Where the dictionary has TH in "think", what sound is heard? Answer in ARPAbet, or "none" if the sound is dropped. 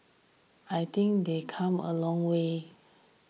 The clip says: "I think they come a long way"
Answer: T